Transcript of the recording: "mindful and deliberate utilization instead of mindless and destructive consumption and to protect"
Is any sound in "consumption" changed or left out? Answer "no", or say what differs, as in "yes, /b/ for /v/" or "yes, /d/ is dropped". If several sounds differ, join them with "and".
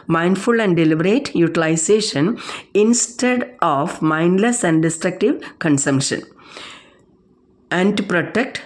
no